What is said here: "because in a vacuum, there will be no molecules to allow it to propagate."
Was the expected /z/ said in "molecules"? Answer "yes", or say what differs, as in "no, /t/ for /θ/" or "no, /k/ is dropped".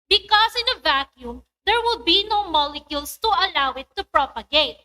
no, /s/ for /z/